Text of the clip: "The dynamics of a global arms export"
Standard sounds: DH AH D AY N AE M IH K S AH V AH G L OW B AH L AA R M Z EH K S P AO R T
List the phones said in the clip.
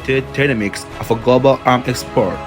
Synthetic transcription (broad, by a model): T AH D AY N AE M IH K S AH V AH G L OW B AH L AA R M EH K S P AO R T